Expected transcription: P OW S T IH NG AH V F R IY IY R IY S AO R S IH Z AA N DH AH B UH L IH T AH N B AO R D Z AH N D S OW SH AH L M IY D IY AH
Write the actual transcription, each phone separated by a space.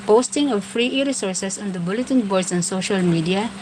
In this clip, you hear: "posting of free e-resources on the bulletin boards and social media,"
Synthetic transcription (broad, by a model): P OW S T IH NG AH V F R IY IY R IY S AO R S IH S AA N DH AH B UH L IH T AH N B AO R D S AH N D S OW SH AH L M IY D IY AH